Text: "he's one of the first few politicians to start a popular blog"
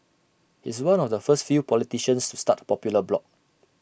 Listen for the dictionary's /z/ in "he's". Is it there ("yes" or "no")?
no